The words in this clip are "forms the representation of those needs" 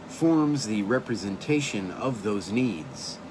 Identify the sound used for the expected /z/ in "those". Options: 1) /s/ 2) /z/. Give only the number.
2